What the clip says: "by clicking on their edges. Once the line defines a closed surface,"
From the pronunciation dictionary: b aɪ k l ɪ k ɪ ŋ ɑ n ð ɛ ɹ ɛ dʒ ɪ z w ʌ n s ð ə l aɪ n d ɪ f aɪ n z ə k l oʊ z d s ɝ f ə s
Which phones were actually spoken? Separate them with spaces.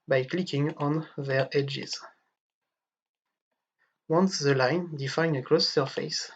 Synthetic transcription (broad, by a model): b aɪ k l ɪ k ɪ ŋ ɑ n ð ɛ ɹ ɛ dʒ ɪ z w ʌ n s ð ə l aɪ n d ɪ f aɪ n ə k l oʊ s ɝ f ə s